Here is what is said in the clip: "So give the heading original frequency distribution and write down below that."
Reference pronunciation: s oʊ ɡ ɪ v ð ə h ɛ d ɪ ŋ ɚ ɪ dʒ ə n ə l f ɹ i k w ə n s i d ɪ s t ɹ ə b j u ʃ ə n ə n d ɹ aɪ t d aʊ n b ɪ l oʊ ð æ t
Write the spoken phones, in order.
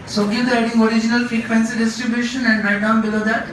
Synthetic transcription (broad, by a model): s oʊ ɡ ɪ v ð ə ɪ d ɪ ŋ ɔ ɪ dʒ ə n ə l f i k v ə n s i d ɪ s t ɹ ə b j u ʃ ə n ə n d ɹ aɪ d aʊ n b ɪ l oʊ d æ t